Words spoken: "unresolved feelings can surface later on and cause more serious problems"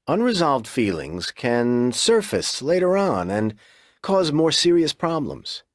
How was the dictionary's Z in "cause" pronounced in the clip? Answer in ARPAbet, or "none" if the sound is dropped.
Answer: Z